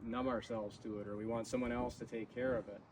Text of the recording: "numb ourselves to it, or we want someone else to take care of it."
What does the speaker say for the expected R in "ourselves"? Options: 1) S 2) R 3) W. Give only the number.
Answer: 2